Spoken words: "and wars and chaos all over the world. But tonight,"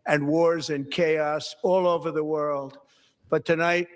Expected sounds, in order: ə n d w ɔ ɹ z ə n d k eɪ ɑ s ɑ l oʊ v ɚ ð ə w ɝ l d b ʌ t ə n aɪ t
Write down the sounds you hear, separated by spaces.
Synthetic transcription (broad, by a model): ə n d w ɔ ɹ z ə n k eɪ ɑ s ɑ l oʊ v ɚ ð ə w ɝ l d b ʌ t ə n aɪ t